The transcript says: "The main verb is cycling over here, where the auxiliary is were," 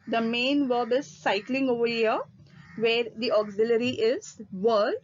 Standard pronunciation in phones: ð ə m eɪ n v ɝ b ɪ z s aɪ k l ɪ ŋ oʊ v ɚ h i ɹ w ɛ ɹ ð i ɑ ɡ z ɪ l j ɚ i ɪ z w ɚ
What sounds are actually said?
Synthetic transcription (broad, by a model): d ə m eɪ n v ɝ b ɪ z s aɪ k l ɪ ŋ oʊ v ɚ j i ɹ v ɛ ɹ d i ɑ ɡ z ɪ l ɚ i ɪ z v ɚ